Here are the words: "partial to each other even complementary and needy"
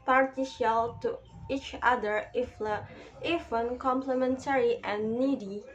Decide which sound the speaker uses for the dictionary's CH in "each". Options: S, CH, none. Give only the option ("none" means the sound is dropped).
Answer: CH